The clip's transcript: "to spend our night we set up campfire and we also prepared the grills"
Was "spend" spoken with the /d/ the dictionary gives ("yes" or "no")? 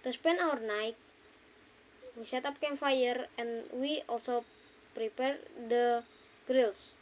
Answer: no